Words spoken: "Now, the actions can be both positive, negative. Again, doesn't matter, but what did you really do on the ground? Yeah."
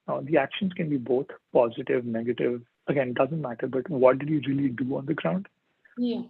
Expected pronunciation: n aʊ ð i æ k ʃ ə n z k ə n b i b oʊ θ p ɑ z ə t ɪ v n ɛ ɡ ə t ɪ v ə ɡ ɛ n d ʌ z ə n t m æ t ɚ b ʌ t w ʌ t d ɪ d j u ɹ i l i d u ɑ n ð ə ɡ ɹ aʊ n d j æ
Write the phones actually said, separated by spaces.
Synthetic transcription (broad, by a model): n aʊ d i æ k ʃ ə n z k ə n b i b oʊ t p ɑ z ə t ɪ v n ɛ ɡ ə t ɪ v ə ɡ ɛ n d ʌ z ə n t m æ t ɚ b ʌ t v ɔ t d ɪ d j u ɹ i l i d u ɑ n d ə ɡ ɹ aʊ n d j